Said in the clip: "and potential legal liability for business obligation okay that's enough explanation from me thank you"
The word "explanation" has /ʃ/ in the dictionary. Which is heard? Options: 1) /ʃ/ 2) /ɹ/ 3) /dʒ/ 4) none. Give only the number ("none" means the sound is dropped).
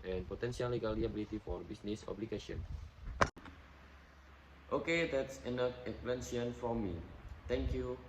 4